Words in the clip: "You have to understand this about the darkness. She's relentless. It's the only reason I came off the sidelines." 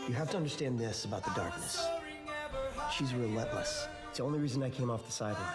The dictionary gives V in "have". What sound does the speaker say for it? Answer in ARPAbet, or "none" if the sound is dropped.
F